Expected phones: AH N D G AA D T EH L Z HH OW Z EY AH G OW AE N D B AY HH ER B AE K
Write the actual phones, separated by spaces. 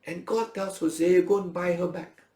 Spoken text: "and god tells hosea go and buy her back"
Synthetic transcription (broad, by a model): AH N G AA D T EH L S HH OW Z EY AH G OW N B AY HH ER B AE K